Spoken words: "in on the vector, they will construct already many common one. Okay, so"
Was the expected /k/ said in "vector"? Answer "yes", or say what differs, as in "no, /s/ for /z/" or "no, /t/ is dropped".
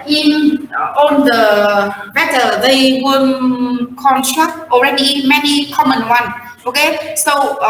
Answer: no, /k/ is dropped